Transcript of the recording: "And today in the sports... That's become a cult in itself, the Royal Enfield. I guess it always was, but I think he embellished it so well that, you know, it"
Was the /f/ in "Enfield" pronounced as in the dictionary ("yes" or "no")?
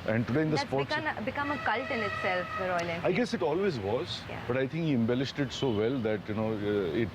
no